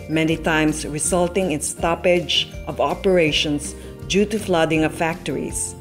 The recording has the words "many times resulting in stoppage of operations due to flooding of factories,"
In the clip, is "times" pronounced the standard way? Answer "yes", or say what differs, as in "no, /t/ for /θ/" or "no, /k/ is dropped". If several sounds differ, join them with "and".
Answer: no, /s/ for /z/